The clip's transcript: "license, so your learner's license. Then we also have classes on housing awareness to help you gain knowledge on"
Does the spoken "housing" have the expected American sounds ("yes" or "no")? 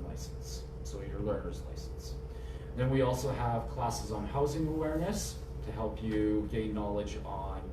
yes